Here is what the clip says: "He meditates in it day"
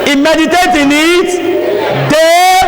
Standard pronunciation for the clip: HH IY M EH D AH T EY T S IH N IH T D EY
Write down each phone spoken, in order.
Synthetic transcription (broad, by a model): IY M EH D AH T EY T IH N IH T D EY